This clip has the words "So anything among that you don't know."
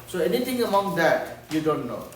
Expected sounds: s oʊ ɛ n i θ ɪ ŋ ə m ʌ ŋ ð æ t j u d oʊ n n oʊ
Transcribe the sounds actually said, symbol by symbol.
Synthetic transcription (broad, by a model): s oʊ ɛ n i t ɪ ŋ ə m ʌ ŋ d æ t j u d oʊ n n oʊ